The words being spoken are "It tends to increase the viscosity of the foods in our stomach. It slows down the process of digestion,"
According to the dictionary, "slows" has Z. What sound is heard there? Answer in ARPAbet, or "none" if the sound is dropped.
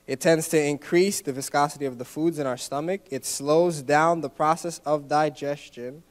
Z